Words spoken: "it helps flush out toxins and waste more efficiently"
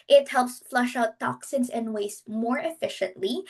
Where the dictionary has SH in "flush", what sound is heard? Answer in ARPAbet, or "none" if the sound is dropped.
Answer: SH